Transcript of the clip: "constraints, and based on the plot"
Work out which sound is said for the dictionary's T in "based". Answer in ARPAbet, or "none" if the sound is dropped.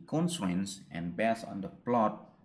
none